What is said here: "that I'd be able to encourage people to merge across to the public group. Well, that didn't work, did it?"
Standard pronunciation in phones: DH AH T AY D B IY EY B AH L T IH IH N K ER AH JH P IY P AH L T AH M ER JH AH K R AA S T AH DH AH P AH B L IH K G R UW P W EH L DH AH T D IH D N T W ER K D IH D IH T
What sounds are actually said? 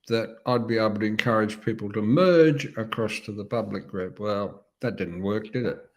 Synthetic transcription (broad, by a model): DH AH T AY D B IY EY B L T IH IH N K ER AH JH P IY P L T AH M ER JH AH K R AA S T AH DH AH P AH B L IH K G R UW P W EH L DH AH T D IH D N T W ER K D IH D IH T